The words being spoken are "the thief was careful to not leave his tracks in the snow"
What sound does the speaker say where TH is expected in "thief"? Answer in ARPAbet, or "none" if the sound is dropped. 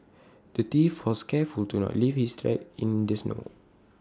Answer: T